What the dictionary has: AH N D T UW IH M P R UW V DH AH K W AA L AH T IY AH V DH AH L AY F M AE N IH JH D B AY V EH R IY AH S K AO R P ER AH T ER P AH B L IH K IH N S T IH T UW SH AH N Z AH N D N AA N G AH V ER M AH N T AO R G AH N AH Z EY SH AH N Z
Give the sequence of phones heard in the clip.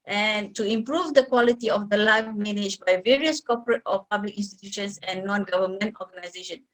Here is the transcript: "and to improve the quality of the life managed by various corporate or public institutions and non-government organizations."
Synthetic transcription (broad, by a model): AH N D T UW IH M P R UW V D AH K W AA L AH T IY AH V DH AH L AY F M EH N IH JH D B AY V EH R IY AH S K AO P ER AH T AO P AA B L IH K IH N S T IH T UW SH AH N S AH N N AA N G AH V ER M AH N T AO G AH N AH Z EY SH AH N